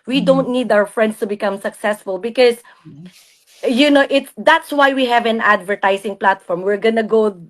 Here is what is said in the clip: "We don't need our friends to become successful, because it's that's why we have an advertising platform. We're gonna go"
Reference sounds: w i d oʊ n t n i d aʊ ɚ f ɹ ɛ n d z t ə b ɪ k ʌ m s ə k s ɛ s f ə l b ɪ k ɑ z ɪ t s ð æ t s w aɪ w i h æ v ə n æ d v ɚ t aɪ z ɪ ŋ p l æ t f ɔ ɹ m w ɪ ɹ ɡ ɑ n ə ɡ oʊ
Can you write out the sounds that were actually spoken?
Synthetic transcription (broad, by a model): w i d oʊ n t n i d aʊ ɚ f ɹ ɛ n d s t ə b ɪ k ʌ m s ə k s ɛ s f ə l b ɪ k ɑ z ɪ t s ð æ t s w aɪ w i h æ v ə n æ d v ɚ t aɪ s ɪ ŋ p l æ t f ɔ ɹ m w ɪ ɹ ɡ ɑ n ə ɡ oʊ